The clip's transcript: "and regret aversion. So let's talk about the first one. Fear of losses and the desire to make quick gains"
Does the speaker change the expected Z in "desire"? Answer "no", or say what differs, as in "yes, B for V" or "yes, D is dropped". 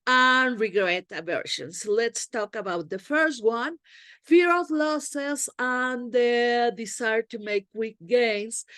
yes, S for Z